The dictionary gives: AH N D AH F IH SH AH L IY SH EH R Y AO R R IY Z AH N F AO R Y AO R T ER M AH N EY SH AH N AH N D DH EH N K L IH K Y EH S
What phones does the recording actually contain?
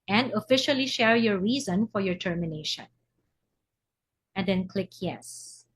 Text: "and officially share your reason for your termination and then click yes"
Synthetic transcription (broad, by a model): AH N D AH F IH SH AH L IY SH EH R Y AO R R IY Z AH N F AO R Y AO R T ER M AH N EY SH AH N AH N D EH N K L IH K Y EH S